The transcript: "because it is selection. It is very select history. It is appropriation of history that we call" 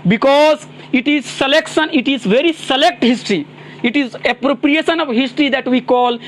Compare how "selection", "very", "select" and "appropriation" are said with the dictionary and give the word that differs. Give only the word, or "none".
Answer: none